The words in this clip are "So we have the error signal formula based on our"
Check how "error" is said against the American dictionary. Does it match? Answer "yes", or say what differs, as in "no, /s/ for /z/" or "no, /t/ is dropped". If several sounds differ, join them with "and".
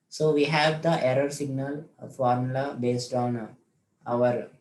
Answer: yes